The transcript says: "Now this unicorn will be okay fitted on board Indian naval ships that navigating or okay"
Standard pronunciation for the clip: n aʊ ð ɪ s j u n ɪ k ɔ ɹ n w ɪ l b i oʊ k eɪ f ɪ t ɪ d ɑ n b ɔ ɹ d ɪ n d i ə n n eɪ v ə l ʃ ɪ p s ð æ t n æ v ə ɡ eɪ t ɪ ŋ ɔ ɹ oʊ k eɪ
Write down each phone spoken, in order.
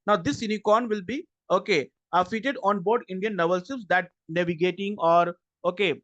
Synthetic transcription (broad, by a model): n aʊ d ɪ s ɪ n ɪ k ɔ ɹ n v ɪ l b i oʊ k eɪ f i t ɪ d ɑ n b ɔ ɹ d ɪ n d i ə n n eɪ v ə l s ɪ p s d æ t n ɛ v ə ɡ eɪ t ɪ ŋ ɔ ɹ oʊ k eɪ